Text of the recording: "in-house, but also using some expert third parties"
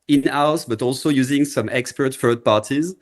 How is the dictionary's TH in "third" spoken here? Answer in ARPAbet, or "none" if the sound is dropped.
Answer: F